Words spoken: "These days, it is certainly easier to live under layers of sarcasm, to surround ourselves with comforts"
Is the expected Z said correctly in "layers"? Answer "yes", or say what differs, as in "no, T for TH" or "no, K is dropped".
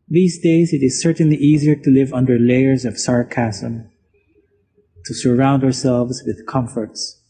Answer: yes